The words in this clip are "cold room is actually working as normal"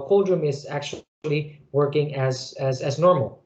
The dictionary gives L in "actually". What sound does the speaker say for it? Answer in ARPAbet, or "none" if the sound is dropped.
L